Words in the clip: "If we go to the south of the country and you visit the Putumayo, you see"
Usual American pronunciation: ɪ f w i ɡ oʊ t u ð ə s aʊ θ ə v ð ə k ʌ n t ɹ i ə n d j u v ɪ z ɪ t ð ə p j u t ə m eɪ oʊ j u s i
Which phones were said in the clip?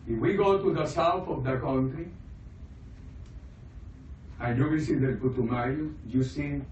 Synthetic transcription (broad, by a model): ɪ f w i ɡ oʊ t u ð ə s aʊ θ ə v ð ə k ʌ n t ɹ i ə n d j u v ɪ s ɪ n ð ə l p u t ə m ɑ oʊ j u s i